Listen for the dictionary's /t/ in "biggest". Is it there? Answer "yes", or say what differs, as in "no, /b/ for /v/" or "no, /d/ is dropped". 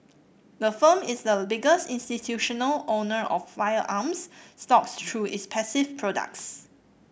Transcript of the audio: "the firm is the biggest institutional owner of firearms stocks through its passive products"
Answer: yes